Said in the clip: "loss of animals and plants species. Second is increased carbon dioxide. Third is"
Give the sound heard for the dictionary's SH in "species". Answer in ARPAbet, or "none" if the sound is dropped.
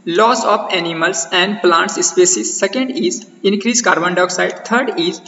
S